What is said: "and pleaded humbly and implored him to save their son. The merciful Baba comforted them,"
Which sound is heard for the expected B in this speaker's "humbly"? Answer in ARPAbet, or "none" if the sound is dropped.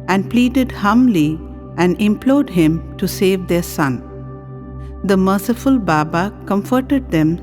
none